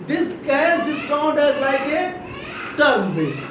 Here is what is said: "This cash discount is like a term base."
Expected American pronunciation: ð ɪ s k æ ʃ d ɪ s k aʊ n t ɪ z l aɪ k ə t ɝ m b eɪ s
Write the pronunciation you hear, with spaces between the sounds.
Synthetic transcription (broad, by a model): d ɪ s k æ s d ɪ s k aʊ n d ɪ z l aɪ k ə t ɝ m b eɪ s